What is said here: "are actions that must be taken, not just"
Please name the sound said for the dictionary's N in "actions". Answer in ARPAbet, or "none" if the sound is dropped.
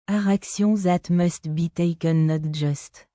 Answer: none